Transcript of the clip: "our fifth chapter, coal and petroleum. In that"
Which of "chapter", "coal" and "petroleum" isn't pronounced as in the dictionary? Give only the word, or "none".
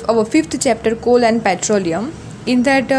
none